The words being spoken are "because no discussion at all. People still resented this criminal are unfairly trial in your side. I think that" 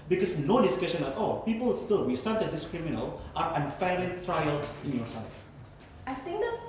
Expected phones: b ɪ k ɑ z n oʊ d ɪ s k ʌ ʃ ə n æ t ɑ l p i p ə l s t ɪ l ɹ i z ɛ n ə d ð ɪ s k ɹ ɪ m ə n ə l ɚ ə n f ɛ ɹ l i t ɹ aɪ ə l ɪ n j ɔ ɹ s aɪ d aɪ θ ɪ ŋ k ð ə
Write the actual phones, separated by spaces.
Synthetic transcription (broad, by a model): b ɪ k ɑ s n oʊ d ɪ s k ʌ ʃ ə n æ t ɑ l p i p ə l s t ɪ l w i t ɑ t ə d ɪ s k ɹ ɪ m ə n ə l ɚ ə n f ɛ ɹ l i t ɹ aɪ ə l ɪ n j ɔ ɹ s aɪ aɪ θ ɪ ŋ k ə